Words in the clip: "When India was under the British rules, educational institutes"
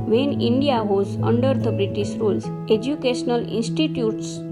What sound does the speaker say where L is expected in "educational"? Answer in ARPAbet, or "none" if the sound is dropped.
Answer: L